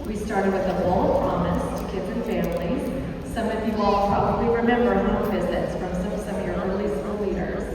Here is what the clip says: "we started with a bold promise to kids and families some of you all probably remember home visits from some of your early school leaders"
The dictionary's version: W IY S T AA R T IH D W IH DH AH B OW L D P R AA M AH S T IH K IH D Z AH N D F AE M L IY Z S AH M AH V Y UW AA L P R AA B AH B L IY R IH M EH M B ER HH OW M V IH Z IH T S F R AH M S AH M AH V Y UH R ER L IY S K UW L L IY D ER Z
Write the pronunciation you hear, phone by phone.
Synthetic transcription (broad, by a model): W IY S T AA R T IH D W IH DH AH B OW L P R AA M AH S T IH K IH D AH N F AE M L IY Z S AH M AH V Y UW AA L P R AA B AH B L IY R IH M EH M B ER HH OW V IH Z IH T S F R AH M S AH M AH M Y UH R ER L IY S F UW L L IY D ER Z